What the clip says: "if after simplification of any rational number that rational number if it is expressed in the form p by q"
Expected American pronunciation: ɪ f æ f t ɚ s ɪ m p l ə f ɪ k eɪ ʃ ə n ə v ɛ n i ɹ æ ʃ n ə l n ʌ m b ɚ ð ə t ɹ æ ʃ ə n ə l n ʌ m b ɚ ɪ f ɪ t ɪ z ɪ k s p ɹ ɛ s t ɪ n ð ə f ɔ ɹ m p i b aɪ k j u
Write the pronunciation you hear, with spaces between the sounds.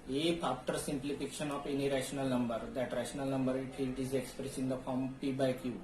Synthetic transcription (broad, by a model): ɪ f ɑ p t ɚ s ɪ m p l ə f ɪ k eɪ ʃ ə n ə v ɛ n i ɹ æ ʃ n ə l n ʌ m b ɚ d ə t ɹ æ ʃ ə n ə l n ʌ m b ɚ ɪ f ɪ t ɪ z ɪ k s p ɹ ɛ s ɪ n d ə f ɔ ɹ m p i b aɪ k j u